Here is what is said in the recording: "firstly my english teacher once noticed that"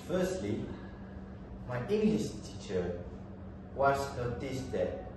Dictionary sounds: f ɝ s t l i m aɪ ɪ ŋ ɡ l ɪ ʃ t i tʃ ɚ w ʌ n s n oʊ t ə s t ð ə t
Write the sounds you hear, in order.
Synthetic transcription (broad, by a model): f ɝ s t l i m aɪ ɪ ŋ ɡ l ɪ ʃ t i tʃ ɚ w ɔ s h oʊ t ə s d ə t